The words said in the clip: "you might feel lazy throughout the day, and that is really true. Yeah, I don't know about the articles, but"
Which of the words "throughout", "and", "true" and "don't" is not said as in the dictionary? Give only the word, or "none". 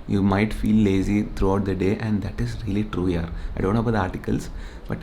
throughout